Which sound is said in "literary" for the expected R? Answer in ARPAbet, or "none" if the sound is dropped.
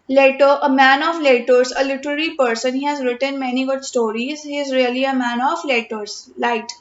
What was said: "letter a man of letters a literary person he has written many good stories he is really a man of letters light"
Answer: R